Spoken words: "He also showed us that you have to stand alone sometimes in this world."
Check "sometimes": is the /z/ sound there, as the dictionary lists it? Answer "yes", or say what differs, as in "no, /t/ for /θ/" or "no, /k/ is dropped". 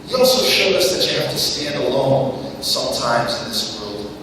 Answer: yes